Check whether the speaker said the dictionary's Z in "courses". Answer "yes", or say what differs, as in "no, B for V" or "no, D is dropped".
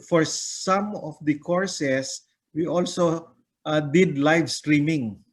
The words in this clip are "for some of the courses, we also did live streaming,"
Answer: no, S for Z